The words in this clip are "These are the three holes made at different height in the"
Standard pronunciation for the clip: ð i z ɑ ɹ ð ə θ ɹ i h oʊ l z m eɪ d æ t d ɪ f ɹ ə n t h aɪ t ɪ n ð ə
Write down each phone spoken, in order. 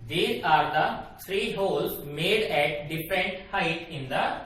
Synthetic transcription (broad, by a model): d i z ɑ ɹ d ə s ɹ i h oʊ l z m eɪ d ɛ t d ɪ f ɹ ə n t h aɪ t ɪ n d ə